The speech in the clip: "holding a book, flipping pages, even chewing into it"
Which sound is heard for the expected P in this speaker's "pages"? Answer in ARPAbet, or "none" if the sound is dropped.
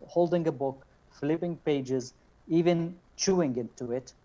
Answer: P